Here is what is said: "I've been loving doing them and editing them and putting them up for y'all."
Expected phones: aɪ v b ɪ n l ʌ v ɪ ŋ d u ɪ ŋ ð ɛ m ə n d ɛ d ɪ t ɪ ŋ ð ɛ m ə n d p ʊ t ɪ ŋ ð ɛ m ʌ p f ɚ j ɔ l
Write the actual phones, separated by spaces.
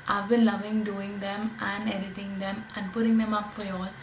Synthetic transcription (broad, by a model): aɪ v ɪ l l ʌ v ɪ ŋ d u ɪ ŋ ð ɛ m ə n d ɛ d ɪ t ɪ ŋ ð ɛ m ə n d p ʊ t ɪ ŋ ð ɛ m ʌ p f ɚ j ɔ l